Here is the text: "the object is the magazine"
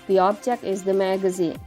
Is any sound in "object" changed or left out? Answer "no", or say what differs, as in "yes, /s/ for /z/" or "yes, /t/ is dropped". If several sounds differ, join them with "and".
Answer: yes, /tʃ/ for /dʒ/ and /t/ is dropped